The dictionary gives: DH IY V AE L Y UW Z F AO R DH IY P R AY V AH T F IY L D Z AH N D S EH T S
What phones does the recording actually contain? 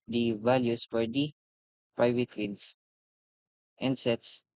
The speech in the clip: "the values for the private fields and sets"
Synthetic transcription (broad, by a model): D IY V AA L Y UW S F AO R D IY P R AY V AH T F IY N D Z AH N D S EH T S